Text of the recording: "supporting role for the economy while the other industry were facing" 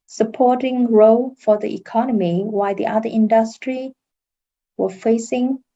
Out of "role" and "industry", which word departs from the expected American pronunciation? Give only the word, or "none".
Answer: none